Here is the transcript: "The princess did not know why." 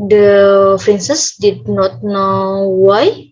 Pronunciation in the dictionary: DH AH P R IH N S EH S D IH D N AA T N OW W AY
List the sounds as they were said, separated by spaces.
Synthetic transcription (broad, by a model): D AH F R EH N S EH S D IH D N AA T N OW W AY